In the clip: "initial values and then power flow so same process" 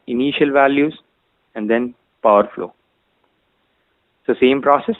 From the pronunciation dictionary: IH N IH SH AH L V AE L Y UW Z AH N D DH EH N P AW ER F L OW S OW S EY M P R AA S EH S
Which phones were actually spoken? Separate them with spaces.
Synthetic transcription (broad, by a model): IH N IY SH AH L V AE L Y UW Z AH N D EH N P AW ER F L OW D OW S EY M P R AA S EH S